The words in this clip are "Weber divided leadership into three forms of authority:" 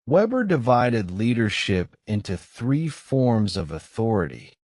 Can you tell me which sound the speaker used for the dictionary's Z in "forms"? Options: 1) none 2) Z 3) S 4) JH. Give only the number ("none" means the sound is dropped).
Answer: 2